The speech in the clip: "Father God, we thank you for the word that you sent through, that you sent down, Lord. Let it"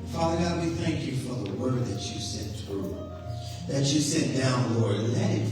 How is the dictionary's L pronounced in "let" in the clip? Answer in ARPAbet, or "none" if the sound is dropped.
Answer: N